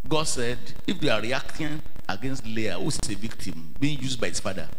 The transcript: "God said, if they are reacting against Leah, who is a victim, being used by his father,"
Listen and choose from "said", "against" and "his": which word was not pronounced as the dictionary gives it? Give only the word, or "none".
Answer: his